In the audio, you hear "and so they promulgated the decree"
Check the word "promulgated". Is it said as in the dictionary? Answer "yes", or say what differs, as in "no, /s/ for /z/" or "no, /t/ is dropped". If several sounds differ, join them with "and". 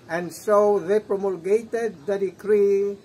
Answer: yes